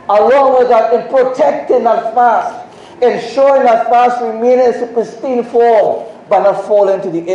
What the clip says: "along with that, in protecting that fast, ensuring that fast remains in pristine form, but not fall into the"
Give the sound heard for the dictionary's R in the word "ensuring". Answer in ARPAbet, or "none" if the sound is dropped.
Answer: none